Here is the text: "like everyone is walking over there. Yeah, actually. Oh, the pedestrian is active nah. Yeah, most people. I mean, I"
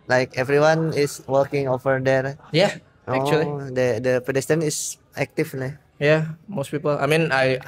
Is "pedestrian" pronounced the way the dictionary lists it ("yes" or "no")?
no